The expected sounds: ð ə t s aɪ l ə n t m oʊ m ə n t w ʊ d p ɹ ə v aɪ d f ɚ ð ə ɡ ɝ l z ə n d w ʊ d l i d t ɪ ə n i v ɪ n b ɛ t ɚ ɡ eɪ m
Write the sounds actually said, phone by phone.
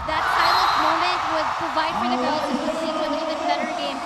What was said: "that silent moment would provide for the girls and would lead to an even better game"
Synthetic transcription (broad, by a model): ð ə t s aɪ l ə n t m oʊ m ə n t w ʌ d p ɹ ə v aɪ d f ɚ ð ə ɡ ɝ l ə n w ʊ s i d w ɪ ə l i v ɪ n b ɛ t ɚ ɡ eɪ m